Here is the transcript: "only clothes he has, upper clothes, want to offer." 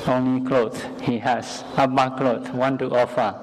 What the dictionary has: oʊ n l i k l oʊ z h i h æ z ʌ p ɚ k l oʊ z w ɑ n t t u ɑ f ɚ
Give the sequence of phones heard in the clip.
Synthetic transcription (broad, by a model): oʊ n l i k l oʊ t h i h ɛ s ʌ b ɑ k l oʊ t w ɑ n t t u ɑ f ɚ